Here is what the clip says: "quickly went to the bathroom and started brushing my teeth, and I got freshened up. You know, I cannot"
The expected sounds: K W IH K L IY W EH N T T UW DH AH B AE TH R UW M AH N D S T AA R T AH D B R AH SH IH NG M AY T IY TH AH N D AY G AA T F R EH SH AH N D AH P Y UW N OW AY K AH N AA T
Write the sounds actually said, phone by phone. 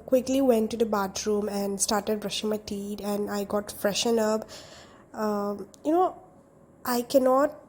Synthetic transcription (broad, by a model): K W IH K L IY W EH N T T UW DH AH B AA T R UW M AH N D S T AA R T AH D B R AH SH IH NG M AY T IY T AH N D AY G AA T F R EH SH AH N AH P Y UW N OW AY K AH N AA T